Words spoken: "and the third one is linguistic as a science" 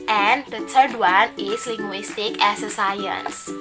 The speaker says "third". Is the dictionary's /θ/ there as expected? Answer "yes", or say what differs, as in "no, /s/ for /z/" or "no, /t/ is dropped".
no, /t/ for /θ/